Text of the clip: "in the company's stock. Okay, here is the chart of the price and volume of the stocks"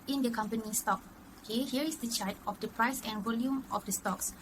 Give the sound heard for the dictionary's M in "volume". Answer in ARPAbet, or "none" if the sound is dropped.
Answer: M